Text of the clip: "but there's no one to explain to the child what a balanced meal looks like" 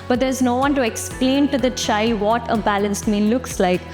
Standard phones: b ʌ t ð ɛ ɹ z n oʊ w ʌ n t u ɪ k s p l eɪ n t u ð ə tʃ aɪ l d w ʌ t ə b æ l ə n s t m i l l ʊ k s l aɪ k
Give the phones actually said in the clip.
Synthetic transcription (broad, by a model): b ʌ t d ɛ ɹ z n oʊ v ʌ n t u ɪ k s p l eɪ n t u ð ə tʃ aɪ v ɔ t ə b æ l ə n s t m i n l ʊ k s l aɪ k